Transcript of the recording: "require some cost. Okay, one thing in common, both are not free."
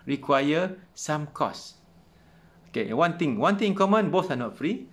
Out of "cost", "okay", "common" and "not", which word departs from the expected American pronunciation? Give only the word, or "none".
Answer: cost